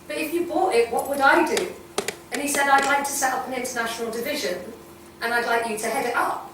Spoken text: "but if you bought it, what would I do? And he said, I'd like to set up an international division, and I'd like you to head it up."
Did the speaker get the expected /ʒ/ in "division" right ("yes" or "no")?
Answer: yes